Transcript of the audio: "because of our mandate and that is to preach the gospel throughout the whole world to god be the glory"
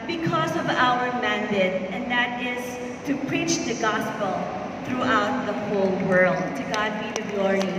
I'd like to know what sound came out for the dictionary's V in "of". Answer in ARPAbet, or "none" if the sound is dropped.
V